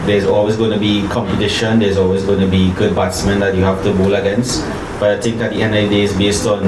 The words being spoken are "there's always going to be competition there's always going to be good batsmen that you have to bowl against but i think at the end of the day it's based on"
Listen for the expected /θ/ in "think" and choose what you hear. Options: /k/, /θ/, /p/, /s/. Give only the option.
/s/